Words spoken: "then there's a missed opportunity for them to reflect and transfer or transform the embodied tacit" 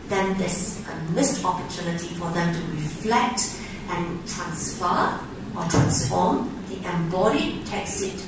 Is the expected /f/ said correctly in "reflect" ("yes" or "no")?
yes